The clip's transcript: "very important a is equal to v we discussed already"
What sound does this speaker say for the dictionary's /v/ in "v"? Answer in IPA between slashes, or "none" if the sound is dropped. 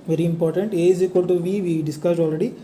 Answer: /v/